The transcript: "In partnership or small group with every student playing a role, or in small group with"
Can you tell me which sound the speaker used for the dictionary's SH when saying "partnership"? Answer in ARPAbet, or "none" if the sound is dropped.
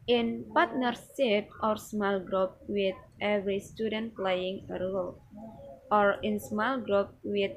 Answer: S